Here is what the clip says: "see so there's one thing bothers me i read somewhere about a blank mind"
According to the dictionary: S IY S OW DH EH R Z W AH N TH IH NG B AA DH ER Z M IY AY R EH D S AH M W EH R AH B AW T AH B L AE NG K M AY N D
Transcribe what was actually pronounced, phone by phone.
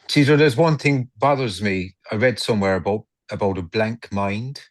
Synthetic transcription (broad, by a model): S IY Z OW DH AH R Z W AH N TH IH NG B AA DH ER Z M IY AY R EH D S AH M W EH R AH B AW T AH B L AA NG K M AY N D